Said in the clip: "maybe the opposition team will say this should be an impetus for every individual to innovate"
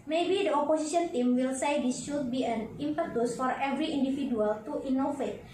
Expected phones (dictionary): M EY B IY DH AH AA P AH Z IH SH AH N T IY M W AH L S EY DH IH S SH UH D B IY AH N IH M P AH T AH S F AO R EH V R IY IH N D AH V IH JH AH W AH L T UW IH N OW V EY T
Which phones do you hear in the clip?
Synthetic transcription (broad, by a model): M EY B IY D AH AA P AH S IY S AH N T IY M W AH L S EY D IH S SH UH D B IY AH N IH M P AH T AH S F AO R EH V R IY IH N D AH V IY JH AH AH L T UW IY N OW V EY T